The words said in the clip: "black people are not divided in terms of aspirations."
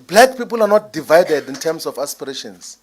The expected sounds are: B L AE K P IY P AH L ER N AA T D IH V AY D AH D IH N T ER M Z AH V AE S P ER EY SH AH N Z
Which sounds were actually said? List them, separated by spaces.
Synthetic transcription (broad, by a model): B L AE K P IY P AH L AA N AA T D IH V AY D AH D IH N T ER M S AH F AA S P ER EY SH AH N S